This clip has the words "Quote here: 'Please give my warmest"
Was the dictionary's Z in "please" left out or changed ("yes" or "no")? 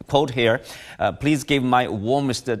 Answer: no